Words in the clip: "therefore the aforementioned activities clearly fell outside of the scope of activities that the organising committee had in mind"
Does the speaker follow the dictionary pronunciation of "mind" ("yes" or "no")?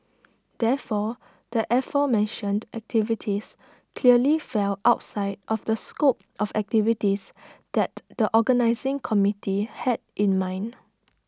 no